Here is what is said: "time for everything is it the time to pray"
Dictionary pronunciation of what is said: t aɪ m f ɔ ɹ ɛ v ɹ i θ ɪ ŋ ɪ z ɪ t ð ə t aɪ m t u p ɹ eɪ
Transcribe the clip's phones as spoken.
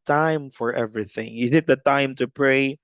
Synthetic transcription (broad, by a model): t aɪ m f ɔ ɹ ɛ v ɹ i θ ɪ ŋ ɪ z ɪ t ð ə t aɪ m t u p ɹ eɪ